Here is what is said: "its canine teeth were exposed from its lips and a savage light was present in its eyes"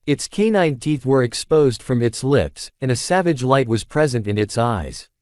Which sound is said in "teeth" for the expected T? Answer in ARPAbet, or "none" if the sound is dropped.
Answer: T